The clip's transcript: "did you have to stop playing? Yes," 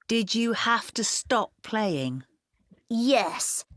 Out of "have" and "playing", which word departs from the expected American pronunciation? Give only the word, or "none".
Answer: have